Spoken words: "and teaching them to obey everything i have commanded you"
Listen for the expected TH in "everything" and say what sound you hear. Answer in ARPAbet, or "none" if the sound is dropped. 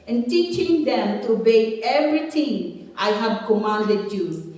T